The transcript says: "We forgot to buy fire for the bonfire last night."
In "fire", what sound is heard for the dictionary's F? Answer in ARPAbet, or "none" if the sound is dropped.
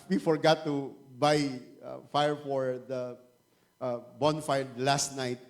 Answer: F